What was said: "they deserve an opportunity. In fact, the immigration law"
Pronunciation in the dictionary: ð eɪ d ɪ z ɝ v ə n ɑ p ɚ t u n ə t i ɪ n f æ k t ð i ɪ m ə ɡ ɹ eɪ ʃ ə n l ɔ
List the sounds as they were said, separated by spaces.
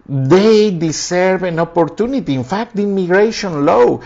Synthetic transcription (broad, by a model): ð eɪ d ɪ s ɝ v ə n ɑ p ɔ t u n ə t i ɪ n f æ k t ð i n m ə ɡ ɹ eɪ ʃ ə n l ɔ